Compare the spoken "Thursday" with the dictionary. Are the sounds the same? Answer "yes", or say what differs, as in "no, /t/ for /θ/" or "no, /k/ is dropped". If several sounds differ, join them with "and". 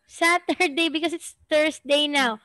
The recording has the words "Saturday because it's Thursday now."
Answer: no, /s/ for /z/